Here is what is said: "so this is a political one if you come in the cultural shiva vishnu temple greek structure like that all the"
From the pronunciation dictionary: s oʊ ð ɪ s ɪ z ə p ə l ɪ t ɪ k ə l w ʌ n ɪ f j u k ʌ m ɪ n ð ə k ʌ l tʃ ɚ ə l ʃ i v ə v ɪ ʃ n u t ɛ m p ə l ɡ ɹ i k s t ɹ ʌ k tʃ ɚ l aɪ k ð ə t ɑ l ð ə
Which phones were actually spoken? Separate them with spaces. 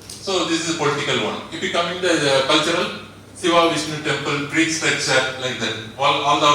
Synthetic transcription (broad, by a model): s oʊ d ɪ s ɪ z ə p ə l ɪ t ɪ k ə l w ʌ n ɪ f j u k ʌ m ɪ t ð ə k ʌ l tʃ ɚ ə l s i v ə v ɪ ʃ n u t ɛ m p ə l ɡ ɹ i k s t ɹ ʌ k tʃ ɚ l aɪ k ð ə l ɑ l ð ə